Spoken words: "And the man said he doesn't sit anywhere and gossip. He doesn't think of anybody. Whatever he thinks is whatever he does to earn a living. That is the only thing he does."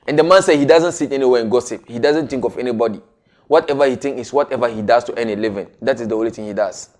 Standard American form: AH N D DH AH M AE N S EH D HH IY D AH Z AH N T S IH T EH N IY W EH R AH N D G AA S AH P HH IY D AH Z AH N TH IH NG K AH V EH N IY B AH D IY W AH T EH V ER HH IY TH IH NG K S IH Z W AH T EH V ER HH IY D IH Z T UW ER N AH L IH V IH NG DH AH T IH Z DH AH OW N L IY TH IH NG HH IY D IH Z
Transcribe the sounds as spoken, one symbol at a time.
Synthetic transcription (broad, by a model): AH N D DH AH M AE N S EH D HH IY D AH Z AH N T S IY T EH N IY W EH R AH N G AA S AH P HH IY D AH Z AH N T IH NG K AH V EH N IY B AH D IY W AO T EH V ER HH IY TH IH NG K IH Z W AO T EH V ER HH IY D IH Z T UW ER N AH L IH V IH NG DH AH T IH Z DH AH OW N L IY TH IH NG HH IY D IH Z